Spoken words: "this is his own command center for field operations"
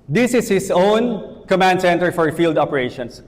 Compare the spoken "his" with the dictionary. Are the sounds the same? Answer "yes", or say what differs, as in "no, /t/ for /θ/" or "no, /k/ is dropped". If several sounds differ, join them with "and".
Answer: no, /s/ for /z/